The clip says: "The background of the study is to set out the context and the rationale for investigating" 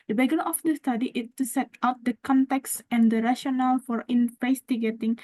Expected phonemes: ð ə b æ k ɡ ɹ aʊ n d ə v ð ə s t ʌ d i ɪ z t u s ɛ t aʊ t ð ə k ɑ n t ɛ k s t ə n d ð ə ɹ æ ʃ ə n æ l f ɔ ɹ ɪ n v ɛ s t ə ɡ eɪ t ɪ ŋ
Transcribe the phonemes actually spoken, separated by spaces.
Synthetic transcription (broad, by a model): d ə b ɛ ɡ ʌ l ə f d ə s t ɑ d i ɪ s t u s ɛ t aʊ t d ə k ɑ n t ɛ k s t ə n d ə ɹ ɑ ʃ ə n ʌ l f ɔ ɹ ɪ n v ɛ s t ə ɡ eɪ t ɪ ŋ